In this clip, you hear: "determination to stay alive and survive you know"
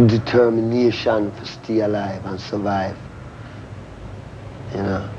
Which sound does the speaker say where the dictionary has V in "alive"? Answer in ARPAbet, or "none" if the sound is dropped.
V